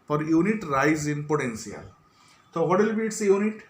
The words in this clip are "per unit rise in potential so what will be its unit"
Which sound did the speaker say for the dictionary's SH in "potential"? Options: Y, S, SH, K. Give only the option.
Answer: S